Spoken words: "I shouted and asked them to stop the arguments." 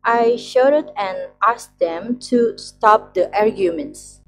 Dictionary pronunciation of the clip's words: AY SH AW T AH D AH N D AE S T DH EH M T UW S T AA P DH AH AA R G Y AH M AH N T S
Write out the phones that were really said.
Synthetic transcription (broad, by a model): AY SH AW T AH D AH N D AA S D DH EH M T UW S T AA P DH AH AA R G Y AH M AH N T S